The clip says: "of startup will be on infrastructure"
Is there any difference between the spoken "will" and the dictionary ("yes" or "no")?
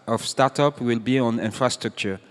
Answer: no